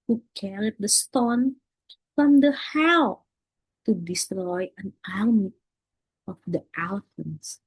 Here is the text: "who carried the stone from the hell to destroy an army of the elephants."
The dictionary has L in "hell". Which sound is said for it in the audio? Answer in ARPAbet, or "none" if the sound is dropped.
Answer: W